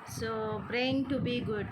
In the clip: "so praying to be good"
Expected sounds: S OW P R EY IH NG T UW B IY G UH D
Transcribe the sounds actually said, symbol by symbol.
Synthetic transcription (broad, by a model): S OW P R EY IH NG T UW B IY G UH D